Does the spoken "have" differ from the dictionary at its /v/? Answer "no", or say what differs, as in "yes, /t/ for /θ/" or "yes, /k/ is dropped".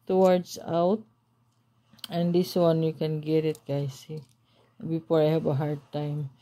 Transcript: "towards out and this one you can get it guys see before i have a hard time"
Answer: yes, /b/ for /v/